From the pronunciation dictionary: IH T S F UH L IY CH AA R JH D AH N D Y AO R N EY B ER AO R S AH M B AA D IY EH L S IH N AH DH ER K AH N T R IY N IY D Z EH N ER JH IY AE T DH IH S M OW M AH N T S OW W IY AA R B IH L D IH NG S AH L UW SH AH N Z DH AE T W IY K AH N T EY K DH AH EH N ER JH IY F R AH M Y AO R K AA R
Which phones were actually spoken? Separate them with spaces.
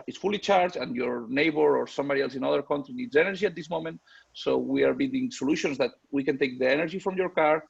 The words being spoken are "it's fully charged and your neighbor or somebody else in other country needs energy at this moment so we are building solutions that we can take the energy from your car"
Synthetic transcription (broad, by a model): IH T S F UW L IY CH AA R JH AH N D Y AO R N EY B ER AO R S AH M B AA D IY EH L S IH N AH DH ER K AH N T R IY N IY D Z EH N ER JH IY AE T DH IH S M OW M AH N T S OW W IY AA R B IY D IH NG S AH L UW SH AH N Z DH AE T W IY K AH N T EY K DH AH EH N ER JH IY F R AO M Y AO R K AA R